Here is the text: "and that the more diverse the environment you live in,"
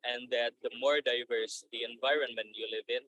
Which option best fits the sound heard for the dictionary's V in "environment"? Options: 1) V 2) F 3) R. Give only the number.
1